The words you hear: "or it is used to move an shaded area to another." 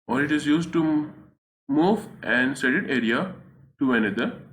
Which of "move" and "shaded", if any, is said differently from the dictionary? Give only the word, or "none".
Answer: shaded